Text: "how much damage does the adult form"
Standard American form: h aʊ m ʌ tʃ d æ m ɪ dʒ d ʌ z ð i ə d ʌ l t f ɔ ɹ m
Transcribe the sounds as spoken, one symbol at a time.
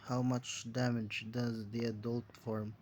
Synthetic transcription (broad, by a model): h aʊ m ʌ tʃ d æ m ɪ dʒ d ʌ z ð i ə d ʌ l t f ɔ ɹ m